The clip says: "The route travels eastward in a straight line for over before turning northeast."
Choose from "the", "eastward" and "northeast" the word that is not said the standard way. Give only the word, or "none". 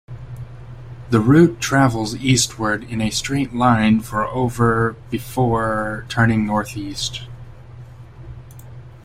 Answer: none